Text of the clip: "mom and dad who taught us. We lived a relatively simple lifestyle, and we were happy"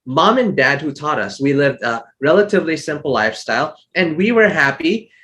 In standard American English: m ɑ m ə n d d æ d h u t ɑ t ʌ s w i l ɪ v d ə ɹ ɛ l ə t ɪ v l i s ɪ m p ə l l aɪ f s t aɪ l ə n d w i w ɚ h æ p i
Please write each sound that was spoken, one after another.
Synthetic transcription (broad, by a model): m ɑ m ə n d d æ d h u t ɑ t ʌ s w i l ɪ v d ə ɹ ɛ l ə t ɪ v l i s ɪ m p l l aɪ f s t aɪ l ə n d w i w ɚ h æ p i